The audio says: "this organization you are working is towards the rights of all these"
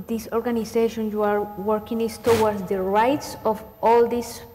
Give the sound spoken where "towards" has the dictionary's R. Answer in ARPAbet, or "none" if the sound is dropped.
W